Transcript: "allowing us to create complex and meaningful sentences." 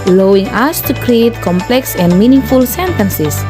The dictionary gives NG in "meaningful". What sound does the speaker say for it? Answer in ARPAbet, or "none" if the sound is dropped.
NG